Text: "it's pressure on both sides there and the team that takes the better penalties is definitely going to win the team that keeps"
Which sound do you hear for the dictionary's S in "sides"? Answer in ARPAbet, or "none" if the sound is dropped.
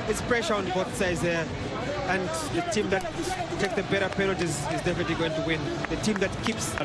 S